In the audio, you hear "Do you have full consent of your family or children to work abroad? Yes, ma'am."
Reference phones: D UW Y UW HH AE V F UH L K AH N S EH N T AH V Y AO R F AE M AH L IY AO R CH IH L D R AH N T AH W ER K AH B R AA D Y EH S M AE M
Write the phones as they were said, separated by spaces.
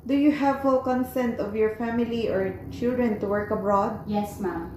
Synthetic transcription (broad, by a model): D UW Y UW HH AE V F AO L K AH N S EH N T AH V Y AO R F AE M AH L IY AO R CH IH L D R AH N T AH W ER K AH B R AA D Y EH S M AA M